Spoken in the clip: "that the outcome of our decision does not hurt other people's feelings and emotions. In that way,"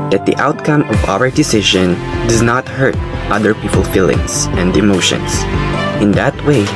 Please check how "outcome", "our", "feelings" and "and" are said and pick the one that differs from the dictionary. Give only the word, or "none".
feelings